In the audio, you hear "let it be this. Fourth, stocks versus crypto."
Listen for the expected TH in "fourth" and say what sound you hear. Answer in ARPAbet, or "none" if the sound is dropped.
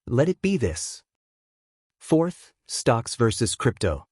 TH